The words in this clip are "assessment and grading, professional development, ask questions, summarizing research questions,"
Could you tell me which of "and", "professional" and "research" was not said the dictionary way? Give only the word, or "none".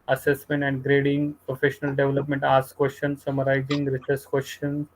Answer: research